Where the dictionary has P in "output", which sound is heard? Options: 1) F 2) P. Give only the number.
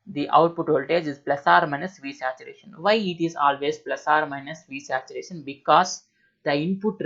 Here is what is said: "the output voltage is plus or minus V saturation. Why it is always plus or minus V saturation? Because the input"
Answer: 2